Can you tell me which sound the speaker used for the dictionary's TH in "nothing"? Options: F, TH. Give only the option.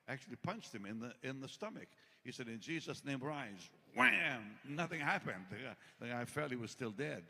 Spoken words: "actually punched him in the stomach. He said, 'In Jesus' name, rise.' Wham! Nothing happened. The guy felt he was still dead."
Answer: TH